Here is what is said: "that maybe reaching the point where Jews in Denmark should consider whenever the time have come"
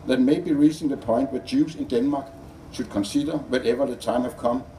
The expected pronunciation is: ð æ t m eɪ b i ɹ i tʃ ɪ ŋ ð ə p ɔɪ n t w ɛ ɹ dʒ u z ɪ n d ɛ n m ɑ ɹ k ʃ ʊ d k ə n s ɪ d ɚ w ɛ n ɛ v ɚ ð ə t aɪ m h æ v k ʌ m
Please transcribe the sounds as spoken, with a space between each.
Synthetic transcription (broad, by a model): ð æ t m eɪ b i ɹ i s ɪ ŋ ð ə p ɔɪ n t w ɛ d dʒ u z ɪ n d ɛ n m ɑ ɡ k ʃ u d k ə n s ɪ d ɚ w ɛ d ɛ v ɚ ð ə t aɪ m h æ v k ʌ m